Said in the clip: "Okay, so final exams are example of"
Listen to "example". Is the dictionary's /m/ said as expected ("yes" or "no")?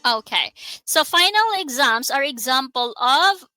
yes